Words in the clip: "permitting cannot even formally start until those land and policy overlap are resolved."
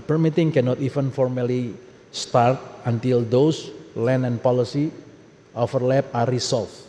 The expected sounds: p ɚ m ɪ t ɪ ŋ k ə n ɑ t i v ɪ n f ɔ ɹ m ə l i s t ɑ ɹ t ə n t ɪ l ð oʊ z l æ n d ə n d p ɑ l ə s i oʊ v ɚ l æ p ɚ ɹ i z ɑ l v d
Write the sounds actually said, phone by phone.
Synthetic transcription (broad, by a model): p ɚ m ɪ t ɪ ŋ k ə n ɑ t i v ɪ n f ɔ ɹ m ə l i s t ɑ ɹ t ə n t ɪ l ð oʊ s l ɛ n ə n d p ɑ l ə s i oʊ f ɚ l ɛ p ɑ ɹ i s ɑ l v